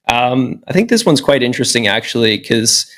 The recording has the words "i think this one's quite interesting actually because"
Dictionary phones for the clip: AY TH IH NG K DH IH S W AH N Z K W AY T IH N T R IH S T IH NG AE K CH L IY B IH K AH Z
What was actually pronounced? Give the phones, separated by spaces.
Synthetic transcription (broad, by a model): AY TH IH NG K DH IH S W AH N Z K W AY T IH N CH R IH S T IH NG AE K CH IY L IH K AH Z